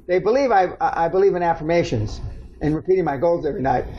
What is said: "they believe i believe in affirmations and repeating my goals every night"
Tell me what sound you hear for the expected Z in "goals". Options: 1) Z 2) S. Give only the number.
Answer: 1